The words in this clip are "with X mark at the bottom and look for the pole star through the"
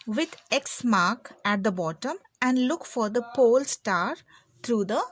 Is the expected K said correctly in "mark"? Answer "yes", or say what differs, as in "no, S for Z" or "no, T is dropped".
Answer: yes